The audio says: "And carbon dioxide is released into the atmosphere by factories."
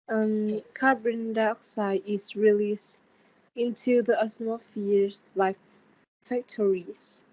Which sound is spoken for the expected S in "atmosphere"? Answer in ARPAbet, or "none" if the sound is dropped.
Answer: none